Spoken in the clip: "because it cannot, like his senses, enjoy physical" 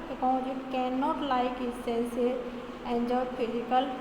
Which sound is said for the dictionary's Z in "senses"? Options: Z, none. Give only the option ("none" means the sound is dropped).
none